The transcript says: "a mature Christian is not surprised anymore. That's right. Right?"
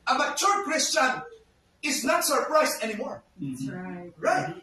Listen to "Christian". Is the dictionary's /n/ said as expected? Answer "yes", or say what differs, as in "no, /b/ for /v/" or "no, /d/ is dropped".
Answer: yes